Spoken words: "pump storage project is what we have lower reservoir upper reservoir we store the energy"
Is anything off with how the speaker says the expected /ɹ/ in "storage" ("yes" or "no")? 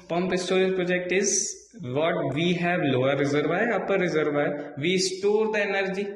yes